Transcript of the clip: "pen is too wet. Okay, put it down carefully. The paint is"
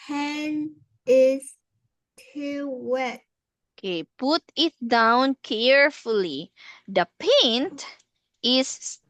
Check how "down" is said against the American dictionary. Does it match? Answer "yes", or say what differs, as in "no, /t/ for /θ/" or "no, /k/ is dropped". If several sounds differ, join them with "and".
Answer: yes